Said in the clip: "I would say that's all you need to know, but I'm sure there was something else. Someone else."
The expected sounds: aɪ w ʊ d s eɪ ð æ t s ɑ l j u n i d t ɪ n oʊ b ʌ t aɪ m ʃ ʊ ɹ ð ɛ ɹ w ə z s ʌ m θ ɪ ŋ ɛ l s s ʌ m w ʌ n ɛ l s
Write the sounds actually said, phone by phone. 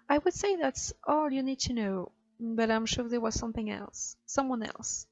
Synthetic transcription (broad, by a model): aɪ w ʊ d s eɪ ð æ t s ɑ l j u n i d t ɪ n oʊ b ʌ t aɪ m ʃ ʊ ɹ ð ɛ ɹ w ə z s ʌ m θ ɪ ŋ ɛ l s s ʌ m w ʌ n ɛ l s